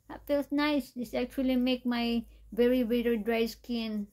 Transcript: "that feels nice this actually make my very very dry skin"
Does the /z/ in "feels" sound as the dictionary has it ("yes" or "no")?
no